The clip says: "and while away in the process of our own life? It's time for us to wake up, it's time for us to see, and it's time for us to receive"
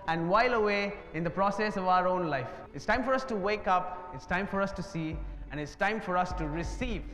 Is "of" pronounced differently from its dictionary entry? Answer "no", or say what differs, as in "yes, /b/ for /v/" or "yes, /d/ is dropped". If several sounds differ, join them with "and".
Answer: no